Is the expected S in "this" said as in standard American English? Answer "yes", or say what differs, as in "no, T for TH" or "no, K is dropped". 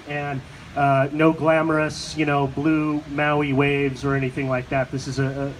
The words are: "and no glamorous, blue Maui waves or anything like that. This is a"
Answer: yes